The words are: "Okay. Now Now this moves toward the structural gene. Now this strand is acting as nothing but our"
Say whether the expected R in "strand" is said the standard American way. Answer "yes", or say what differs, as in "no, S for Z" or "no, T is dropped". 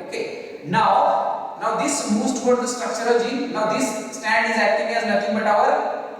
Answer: no, R is dropped